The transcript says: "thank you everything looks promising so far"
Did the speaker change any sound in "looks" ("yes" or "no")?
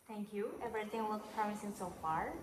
yes